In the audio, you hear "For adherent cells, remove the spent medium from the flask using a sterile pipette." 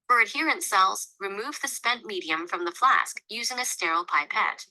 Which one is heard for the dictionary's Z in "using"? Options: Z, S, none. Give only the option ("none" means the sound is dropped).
Z